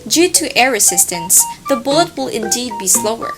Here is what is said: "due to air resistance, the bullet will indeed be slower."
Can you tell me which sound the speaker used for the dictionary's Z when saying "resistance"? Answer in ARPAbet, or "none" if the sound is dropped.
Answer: S